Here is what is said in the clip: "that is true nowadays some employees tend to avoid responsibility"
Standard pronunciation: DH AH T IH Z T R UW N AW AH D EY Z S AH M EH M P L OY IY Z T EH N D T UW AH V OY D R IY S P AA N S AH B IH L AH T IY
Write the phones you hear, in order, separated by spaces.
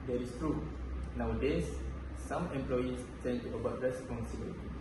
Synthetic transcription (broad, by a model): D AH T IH S T R UW N AW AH D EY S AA M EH M P L OY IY S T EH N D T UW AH B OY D R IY S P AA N S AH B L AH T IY